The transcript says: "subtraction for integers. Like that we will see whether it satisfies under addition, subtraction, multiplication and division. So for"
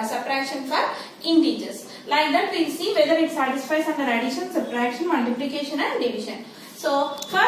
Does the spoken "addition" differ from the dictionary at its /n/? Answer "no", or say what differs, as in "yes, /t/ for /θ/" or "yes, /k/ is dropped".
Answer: yes, /l/ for /n/